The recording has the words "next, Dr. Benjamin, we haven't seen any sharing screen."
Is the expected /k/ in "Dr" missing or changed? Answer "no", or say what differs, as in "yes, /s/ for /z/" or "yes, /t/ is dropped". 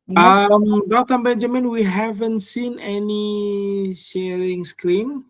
yes, /k/ is dropped